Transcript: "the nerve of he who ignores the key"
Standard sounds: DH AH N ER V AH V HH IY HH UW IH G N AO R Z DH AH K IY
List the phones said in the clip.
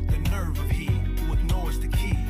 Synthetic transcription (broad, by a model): DH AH N ER V AH V HH IY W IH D N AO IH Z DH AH K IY